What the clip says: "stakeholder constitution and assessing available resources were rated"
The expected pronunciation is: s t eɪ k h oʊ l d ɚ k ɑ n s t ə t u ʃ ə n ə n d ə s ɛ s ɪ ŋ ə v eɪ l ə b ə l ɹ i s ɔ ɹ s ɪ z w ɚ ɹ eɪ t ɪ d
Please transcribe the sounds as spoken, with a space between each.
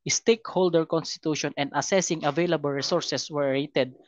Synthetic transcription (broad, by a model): s t eɪ k h oʊ l d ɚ k ɑ n s t ə t u ʃ ə n ə n d ə s ɛ s ɪ ŋ ə v eɪ l ə b ə l ɹ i s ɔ ɹ s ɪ s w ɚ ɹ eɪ t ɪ d